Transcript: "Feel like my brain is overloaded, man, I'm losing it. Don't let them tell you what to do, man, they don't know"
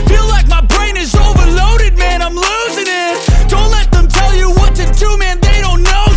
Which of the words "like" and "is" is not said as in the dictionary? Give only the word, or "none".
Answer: none